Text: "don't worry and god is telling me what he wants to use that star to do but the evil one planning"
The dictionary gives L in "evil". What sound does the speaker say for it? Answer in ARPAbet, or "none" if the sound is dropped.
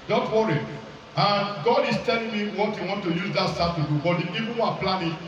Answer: N